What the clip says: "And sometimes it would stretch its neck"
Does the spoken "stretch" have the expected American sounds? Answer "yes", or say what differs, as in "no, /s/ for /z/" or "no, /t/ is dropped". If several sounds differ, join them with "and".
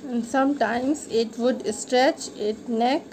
yes